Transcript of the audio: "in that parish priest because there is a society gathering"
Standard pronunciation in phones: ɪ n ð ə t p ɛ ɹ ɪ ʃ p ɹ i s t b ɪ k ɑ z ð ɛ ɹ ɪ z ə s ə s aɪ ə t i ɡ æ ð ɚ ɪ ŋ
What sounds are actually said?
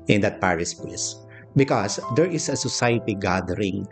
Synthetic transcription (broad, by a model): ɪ n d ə t p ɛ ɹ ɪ s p l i s b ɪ k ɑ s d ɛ ɹ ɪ s ə s ə s aɪ ə t i ɡ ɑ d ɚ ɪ ŋ